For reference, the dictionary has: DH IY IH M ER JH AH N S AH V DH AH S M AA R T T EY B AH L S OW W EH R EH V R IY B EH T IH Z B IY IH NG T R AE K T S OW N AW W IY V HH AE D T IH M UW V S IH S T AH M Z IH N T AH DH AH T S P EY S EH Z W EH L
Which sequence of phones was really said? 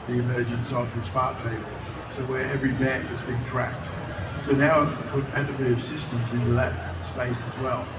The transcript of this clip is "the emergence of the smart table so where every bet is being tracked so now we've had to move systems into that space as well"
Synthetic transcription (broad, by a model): DH IY IH M ER JH AH N S AH V DH AH S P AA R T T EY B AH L S OW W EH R EH V R IY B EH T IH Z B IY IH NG T R AE K T S OW N AW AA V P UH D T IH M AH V S IH S T AH M Z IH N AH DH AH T S P EY S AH Z W EH L